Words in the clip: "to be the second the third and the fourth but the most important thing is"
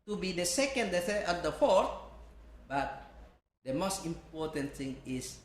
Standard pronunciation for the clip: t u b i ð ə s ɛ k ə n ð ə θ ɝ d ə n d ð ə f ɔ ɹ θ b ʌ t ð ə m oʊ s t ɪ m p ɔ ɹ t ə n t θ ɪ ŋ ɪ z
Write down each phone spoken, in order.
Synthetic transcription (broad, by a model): t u b i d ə s ɛ k ə n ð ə s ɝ ə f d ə f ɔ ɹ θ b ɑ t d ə m oʊ s t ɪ m p ɔ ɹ t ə n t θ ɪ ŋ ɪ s